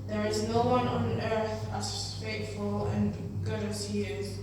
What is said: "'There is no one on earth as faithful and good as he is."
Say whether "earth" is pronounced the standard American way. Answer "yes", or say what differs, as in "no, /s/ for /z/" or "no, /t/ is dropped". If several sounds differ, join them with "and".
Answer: yes